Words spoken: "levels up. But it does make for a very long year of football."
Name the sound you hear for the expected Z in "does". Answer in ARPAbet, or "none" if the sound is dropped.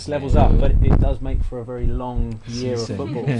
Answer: Z